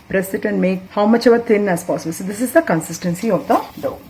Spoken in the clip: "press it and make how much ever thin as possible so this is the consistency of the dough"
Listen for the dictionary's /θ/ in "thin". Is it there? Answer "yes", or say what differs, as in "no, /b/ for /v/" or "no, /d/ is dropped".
no, /t/ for /θ/